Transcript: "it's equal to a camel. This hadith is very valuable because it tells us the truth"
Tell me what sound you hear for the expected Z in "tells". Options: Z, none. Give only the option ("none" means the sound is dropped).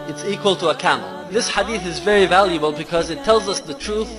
Z